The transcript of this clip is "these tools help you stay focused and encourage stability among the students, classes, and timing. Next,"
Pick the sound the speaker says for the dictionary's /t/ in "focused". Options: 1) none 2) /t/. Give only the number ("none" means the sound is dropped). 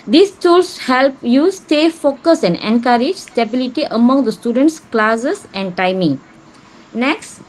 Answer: 1